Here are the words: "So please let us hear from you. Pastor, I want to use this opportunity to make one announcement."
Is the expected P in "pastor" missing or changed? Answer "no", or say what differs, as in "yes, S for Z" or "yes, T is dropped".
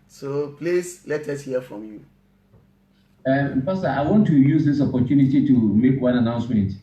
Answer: yes, F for P